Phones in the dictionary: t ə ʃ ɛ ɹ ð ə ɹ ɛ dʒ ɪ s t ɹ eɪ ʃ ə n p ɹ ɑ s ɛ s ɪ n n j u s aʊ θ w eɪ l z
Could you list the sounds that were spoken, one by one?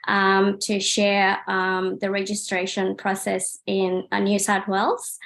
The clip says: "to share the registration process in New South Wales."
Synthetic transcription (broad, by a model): t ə ʃ ɛ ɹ ð ə ɹ ɛ dʒ ɪ s t ɹ eɪ ʃ ə n p ɹ ɑ s ɛ s ɪ n n j u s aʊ t w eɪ l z